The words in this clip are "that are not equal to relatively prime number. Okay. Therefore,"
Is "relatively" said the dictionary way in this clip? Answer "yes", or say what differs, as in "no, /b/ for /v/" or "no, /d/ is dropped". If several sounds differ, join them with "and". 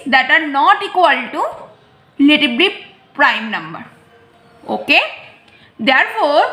no, /b/ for /v/